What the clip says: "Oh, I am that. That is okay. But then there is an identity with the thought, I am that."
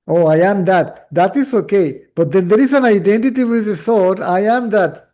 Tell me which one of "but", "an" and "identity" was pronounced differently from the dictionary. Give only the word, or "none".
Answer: none